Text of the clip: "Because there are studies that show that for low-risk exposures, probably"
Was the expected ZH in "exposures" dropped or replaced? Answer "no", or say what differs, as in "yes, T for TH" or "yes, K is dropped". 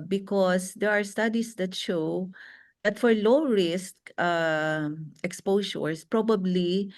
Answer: yes, SH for ZH